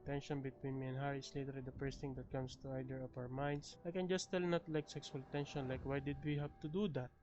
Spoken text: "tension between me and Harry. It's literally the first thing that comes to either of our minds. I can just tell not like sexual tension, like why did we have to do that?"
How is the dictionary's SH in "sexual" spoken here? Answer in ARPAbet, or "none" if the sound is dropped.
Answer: S